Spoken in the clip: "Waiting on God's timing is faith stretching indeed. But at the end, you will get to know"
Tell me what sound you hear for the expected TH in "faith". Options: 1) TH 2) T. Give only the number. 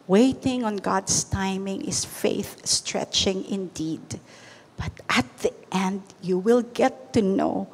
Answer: 1